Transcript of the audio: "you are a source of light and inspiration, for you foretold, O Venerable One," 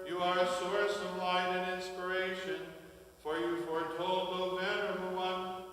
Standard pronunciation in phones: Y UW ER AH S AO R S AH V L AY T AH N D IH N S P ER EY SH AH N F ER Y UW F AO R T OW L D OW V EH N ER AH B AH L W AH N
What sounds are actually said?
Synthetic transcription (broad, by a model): Y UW ER AH S AO R S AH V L AY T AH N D IH N S P ER EY SH AH N F ER Y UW F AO R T OW L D OW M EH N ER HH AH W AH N